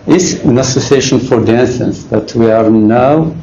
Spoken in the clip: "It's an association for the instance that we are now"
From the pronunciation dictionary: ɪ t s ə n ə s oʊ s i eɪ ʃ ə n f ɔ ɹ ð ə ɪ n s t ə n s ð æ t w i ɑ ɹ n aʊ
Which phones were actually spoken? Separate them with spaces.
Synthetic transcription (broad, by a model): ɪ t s ə n ə s oʊ s i eɪ ʃ ə n f ɔ ɹ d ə n s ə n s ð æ t w i ɑ ɹ n aʊ